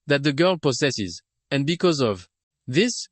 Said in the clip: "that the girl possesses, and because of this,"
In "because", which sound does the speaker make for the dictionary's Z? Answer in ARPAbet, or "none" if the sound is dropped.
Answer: Z